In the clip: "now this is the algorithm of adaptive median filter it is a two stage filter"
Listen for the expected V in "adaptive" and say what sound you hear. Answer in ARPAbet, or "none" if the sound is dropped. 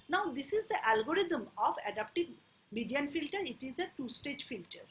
B